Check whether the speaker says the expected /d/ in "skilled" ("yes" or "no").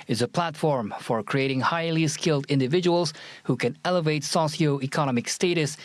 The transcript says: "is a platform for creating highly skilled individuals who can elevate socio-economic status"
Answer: yes